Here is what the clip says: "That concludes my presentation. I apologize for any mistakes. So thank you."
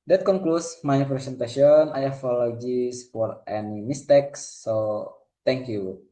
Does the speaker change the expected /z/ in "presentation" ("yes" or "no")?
yes